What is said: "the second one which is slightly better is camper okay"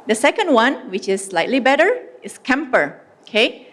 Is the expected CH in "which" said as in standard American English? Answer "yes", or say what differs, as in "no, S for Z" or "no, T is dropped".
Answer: yes